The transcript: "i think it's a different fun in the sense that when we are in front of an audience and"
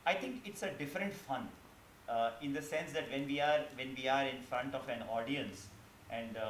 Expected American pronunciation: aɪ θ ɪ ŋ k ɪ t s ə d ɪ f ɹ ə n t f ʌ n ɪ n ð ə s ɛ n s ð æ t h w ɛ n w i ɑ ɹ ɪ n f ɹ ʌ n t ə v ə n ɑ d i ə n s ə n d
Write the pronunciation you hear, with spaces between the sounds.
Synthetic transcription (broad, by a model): aɪ t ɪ ŋ k ɪ t s ə d ɪ f ɹ ə n t f ʌ n ɪ n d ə s ɛ n s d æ t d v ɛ n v i ɑ ɹ ɪ n f ɹ ʌ n t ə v ə n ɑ d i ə n s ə n d